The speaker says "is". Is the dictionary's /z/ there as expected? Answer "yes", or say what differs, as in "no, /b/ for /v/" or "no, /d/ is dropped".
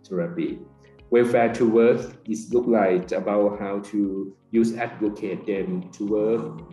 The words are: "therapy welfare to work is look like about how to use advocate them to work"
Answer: no, /s/ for /z/